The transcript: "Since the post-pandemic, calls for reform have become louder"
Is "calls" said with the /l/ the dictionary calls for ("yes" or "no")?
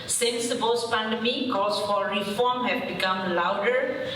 no